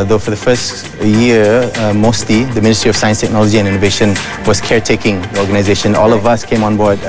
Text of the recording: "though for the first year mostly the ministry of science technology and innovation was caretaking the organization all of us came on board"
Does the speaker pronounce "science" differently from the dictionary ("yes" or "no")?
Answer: no